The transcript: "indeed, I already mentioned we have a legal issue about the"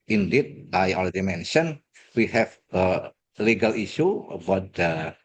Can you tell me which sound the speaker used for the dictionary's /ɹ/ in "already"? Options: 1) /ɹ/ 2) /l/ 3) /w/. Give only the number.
2